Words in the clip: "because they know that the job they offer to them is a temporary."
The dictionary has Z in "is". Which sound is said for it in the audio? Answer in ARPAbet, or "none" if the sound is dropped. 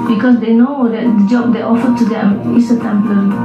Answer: S